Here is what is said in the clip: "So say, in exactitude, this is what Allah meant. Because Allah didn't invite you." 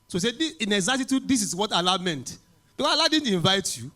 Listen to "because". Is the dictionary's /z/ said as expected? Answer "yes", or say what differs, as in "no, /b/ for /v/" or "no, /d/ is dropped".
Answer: no, /z/ is dropped